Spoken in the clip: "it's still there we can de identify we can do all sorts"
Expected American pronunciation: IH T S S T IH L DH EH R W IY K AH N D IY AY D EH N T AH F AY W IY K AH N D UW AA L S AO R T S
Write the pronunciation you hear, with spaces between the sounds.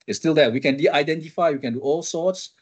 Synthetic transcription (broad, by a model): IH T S S T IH L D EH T W IY K AH N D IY AY D EH N T AH F AY W IY K AH N D UW AA L S AO T S